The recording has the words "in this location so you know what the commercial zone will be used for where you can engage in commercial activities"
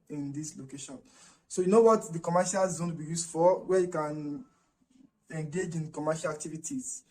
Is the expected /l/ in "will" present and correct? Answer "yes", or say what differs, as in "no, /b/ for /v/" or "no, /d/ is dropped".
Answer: no, /n/ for /l/